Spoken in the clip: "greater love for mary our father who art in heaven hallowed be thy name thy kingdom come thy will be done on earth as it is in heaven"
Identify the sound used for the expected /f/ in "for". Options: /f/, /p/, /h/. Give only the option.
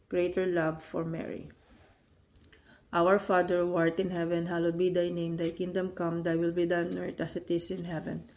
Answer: /f/